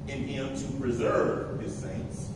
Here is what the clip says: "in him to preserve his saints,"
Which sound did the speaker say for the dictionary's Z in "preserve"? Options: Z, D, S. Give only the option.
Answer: Z